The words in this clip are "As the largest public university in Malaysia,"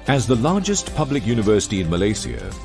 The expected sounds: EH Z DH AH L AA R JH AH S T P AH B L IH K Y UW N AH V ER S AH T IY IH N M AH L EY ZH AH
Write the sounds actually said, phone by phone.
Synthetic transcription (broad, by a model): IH Z DH AH L AA R JH AH S T P AH B L IH K Y UW N AH V ER S AH T IY IH N M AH L EY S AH